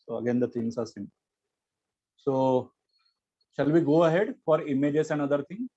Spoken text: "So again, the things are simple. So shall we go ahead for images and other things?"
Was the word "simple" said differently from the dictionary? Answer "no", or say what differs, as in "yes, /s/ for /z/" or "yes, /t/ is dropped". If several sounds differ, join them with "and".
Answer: yes, /n/ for /l/